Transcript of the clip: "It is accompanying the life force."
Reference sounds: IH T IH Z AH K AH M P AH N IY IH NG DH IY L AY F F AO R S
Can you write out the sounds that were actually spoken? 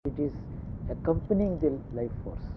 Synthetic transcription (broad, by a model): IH T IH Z AH K AH M P AH N IY IH NG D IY L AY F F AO R S